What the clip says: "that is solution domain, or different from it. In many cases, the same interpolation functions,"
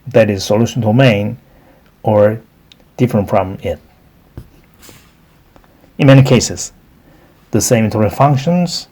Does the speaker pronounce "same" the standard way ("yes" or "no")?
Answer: no